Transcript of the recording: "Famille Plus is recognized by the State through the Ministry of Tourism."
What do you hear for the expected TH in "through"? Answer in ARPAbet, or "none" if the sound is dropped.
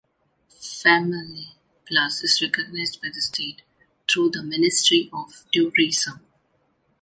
T